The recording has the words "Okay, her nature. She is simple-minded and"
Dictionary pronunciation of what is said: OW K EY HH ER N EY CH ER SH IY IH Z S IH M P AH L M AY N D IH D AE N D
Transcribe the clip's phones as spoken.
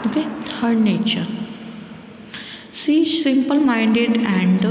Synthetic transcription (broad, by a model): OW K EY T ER N EY CH ER S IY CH S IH M P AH L M AY N D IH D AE N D